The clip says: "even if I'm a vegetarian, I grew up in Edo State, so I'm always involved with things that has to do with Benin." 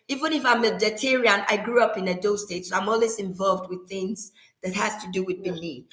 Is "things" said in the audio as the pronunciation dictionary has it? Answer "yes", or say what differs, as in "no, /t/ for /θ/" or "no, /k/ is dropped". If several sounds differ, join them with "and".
yes